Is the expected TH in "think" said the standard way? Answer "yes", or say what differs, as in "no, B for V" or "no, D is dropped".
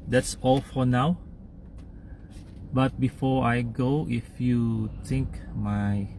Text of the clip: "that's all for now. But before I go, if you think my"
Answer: no, T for TH